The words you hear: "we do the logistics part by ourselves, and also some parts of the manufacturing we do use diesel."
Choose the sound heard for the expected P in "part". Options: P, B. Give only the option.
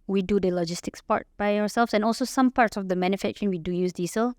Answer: P